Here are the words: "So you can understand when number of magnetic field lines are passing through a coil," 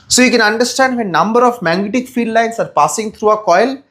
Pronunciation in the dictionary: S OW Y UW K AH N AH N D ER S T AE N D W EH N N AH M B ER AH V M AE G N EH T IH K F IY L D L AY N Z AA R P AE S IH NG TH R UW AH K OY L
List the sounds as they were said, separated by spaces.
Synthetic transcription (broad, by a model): S OW Y UW K AH N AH N D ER S T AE N D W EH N N AH M B ER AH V M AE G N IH T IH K F IY D L AY N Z AA R P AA S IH NG T R UW AH K OY L